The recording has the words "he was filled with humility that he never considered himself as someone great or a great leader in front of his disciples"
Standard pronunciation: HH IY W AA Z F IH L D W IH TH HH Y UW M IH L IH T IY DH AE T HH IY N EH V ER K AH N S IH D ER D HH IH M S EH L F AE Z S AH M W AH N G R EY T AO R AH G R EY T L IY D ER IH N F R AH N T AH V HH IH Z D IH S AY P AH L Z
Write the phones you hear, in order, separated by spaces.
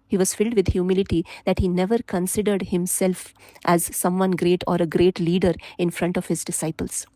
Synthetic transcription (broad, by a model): HH IY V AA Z F IH L D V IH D HH Y UW M IH L IH T IY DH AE T HH IY N EH V ER K AH N S IH D ER D HH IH M S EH L F AE Z S AH M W AH N G R EY T AO R AH G R EY T L IY D ER IH N F R AH N T AH V HH IH Z D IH S AY P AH L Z